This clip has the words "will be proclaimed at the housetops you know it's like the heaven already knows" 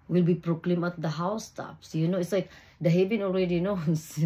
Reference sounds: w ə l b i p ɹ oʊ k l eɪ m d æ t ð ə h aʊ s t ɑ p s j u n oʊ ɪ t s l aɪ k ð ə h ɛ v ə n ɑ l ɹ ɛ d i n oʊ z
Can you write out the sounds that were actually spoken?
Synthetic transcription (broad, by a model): w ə l b i p ɹ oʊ k l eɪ m ɑ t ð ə h aʊ s t ɑ p s j u n oʊ ɪ t s l aɪ k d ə h ɛ v ə n ɑ l ɹ ɛ d i n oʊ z